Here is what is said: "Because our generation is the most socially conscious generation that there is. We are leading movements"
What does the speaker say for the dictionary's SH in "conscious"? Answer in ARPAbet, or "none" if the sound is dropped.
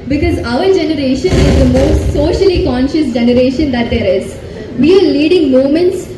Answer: SH